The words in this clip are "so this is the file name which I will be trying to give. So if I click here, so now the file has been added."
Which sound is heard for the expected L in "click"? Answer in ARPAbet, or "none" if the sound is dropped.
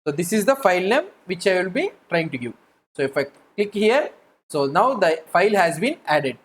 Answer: L